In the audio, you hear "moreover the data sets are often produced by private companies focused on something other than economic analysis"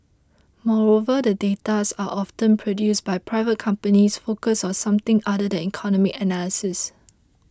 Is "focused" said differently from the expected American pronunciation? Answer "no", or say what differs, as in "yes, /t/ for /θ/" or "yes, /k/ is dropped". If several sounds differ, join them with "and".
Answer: yes, /t/ is dropped